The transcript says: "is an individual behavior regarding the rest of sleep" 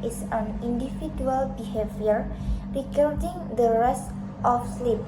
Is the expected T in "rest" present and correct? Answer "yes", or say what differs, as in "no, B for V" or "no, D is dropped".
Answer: yes